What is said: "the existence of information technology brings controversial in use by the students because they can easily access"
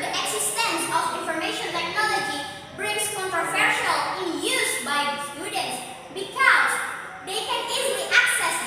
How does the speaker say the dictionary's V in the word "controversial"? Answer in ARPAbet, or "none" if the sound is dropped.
F